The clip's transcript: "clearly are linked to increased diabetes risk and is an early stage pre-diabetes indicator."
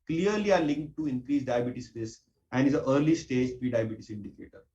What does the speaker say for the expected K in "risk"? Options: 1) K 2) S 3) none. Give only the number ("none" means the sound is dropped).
3